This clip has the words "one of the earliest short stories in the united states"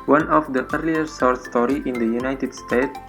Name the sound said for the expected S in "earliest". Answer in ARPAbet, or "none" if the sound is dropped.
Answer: none